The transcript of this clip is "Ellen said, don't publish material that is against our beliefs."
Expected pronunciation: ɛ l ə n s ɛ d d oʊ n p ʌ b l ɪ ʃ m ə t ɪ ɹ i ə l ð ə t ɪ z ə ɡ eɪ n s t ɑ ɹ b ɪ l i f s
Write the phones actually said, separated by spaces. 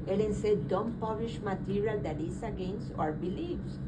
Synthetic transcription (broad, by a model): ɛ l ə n s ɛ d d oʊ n p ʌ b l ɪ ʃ m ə t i ɹ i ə l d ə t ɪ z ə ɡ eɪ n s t ɑ ɹ b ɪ l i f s